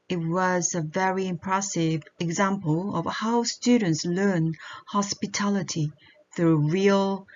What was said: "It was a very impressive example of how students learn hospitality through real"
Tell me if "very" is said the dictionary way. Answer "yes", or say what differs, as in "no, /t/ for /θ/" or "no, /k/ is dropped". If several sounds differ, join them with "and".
yes